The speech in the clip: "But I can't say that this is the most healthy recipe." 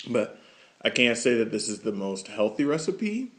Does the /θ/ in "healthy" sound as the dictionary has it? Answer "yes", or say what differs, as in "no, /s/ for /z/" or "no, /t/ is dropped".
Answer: yes